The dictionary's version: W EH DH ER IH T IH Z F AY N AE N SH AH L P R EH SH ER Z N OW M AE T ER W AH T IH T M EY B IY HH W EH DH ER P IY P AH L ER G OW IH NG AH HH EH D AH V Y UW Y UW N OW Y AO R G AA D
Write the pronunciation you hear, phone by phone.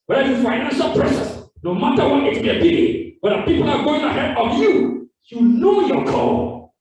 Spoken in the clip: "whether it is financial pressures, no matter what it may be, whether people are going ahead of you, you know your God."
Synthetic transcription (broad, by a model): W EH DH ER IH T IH F AY N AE N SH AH L P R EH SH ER S N OW M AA T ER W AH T IH T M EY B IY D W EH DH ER P IY P AH L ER G OW IH NG AH HH EH D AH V Y UW Y UW N OW Y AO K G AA